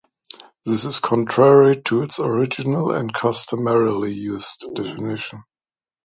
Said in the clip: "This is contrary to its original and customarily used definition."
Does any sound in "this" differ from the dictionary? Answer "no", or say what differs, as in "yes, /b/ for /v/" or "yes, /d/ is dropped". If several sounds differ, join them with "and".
no